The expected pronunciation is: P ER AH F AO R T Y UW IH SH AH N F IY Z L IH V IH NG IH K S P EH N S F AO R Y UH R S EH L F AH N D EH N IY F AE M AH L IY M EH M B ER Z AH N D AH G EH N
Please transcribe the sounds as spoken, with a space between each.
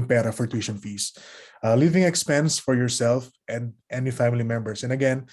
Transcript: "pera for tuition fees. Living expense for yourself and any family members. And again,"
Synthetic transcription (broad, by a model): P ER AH F AO R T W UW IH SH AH N F IY S L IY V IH NG IH K S P EH N S F AO R Y UH R S EH L F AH N D EH N IY F AE M AH L IY M EH M B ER S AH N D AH G EH N